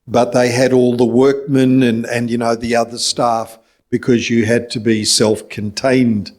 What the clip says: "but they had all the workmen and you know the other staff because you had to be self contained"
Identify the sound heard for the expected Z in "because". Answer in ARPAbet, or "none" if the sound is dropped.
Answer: Z